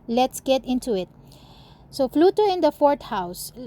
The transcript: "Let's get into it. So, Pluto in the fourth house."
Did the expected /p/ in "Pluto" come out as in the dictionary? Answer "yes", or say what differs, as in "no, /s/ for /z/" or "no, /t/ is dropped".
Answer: no, /f/ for /p/